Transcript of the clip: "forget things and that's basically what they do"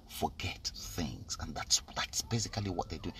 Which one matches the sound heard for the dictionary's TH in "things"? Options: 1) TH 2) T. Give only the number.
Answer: 1